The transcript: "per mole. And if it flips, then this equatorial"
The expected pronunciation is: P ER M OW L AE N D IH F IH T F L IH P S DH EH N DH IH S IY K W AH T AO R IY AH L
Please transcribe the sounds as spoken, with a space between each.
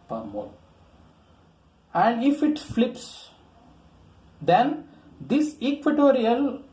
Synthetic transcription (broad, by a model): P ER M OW AE N D IH F IH T F L IH P S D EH N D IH S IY K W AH T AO R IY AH L